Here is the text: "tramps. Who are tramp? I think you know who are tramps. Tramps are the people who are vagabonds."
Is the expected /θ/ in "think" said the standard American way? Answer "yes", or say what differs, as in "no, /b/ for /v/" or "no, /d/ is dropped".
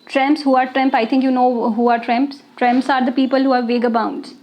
no, /t/ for /θ/